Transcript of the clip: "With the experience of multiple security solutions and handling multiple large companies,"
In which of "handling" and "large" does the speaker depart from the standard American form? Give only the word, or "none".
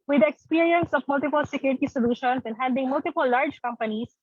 handling